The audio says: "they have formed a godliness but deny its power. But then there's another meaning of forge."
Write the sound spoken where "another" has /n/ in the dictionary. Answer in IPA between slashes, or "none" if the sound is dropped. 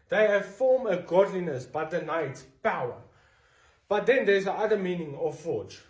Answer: none